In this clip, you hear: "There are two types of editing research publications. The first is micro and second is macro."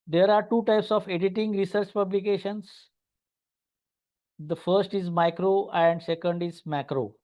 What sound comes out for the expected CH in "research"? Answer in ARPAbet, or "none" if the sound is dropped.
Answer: CH